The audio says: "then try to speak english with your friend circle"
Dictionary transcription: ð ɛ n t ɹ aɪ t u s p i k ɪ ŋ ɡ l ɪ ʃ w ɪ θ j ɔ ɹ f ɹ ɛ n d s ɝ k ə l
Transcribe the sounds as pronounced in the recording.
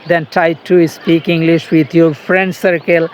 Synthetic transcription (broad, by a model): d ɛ n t aɪ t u s p i k ɪ ŋ ɡ l ɪ ʃ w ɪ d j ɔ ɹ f ɹ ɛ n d s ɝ k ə l